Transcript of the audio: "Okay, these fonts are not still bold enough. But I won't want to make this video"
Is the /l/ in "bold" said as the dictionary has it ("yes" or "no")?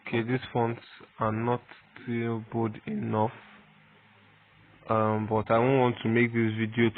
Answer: no